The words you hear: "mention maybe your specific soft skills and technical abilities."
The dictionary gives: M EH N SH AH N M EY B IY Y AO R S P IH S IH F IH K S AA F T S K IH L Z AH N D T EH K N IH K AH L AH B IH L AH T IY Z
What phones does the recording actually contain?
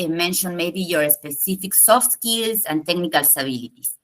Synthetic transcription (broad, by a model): M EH N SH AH N M EY B IY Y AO R S P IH S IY F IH K S AA F T S K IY L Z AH N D T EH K N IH K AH L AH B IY L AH T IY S